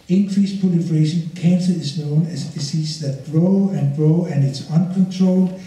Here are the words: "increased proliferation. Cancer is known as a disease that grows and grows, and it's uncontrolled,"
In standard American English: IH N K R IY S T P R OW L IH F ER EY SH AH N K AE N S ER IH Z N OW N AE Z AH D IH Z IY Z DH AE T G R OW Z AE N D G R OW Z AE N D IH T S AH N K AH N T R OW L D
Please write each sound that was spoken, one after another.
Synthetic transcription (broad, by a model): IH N K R IY S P OW L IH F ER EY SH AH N K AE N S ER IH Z N OW N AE S AH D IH S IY S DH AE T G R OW AE N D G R OW AE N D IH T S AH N K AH N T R OW L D